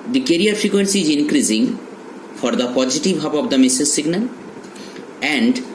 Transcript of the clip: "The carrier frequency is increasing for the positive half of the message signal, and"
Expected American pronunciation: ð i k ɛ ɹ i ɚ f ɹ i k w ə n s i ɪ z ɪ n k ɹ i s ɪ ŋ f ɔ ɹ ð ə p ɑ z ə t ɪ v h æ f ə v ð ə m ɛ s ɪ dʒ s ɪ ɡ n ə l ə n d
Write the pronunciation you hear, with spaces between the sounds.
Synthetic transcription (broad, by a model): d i k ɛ ɹ i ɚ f ɹ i k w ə n s i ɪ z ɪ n k ɹ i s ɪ ŋ f ɔ ɹ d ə p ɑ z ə t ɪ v h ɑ p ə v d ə m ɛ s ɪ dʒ s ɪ ɡ n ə l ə n d